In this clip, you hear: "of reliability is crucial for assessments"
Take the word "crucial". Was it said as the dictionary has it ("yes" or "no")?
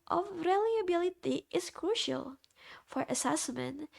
yes